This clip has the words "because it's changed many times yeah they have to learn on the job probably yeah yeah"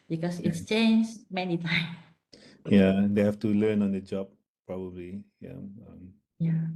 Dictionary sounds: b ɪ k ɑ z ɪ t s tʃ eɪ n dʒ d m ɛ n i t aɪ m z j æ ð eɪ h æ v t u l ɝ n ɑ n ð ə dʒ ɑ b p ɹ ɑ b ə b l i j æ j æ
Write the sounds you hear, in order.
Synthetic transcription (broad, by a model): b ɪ k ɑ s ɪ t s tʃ eɪ n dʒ m ɛ n i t aɪ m j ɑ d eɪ h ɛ f t u l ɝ n ɑ n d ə dʒ ɑ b p ɹ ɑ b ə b l i j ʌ j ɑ